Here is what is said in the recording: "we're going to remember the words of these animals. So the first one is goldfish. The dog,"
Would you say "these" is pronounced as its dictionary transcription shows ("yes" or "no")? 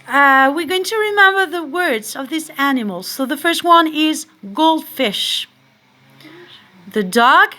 no